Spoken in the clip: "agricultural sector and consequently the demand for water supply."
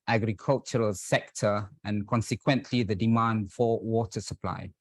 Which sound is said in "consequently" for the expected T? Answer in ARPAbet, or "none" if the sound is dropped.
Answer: T